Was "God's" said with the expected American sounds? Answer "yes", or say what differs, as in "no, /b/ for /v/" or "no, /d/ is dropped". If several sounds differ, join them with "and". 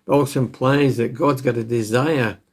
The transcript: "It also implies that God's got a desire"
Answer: yes